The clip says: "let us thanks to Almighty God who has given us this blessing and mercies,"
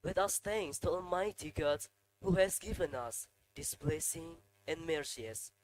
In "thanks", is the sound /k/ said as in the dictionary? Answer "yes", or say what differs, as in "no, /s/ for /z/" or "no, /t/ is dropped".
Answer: no, /k/ is dropped